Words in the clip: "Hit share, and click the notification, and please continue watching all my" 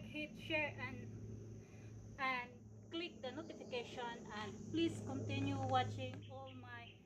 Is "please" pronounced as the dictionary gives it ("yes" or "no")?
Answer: no